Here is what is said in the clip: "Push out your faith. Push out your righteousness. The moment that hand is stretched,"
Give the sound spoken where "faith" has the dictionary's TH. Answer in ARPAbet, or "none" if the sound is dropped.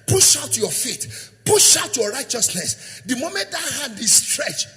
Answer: T